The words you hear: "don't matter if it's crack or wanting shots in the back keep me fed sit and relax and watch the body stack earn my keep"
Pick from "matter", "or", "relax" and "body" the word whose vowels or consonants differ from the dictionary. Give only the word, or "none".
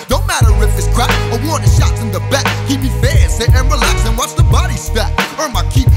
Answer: or